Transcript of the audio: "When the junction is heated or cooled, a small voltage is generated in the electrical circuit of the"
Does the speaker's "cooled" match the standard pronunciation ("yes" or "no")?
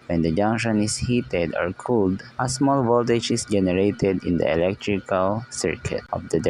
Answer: yes